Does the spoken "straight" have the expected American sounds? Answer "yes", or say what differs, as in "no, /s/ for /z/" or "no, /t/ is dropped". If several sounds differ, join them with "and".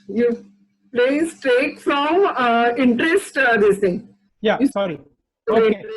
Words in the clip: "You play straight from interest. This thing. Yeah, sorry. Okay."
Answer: no, /ɹ/ is dropped